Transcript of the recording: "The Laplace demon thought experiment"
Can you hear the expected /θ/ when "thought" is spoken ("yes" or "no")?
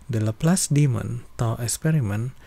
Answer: no